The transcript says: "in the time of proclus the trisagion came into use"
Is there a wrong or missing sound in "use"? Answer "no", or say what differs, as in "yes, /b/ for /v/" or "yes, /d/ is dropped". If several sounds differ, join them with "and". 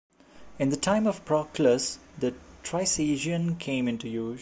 yes, /s/ is dropped